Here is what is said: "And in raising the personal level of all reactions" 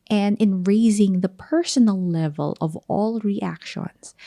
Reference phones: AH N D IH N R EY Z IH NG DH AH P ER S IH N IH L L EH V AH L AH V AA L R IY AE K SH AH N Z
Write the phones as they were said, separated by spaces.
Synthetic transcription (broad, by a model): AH N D IH N R EY Z IH NG DH AH P ER S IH N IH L L EH V AH L AH V AA L R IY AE K SH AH N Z